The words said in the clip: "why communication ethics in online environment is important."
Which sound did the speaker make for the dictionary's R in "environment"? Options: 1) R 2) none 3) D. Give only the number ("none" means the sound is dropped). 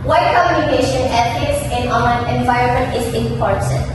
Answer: 1